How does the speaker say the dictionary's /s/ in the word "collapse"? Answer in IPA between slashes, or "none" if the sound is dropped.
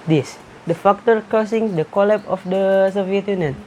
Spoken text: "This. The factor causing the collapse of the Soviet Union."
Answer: none